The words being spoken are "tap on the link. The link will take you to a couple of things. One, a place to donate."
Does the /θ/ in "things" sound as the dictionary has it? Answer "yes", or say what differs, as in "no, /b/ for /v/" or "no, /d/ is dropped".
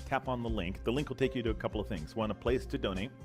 yes